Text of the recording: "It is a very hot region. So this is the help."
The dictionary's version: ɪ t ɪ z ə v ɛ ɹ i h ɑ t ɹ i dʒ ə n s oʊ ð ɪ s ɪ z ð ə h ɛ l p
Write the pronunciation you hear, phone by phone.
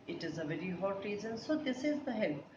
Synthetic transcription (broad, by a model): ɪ t ɪ z ə v ɛ ɹ i h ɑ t ɹ i z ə n s oʊ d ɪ s ɪ z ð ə h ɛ l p